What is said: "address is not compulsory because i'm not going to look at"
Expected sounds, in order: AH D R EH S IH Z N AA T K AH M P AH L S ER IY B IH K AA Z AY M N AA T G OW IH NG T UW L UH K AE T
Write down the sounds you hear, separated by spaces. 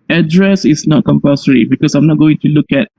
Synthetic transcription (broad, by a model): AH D R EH S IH S N AA T K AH M P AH S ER IY B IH K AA S AY M N AA T G OW IH NG T UW L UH K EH T